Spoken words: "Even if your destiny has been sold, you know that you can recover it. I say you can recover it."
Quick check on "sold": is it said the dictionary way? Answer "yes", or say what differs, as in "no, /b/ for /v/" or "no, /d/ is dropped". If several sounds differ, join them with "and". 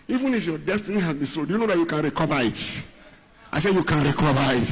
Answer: no, /l/ is dropped